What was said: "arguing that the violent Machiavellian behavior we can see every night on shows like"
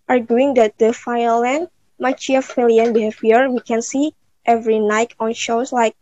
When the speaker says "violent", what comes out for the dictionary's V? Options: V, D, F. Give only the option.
F